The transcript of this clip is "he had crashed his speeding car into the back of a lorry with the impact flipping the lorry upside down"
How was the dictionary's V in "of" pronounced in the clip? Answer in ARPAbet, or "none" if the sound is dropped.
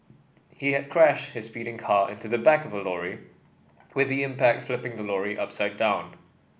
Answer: V